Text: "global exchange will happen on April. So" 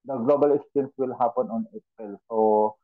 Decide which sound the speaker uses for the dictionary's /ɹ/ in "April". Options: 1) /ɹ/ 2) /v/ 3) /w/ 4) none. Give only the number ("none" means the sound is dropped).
4